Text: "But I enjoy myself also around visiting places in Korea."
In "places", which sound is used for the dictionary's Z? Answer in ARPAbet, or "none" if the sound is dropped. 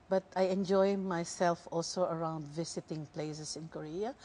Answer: S